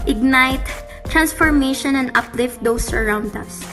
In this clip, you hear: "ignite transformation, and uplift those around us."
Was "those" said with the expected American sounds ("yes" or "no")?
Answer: no